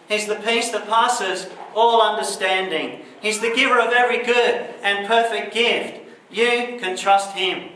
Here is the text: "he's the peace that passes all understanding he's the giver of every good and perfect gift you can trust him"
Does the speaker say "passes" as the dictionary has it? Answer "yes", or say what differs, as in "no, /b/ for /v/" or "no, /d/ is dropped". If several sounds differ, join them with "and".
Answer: yes